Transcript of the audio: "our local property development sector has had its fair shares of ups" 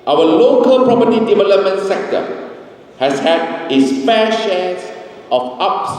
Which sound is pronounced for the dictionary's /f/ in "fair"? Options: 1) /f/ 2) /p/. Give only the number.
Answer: 2